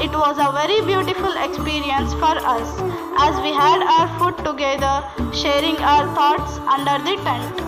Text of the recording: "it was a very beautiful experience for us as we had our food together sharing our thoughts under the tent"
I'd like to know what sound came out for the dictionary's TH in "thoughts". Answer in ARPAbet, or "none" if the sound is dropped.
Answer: T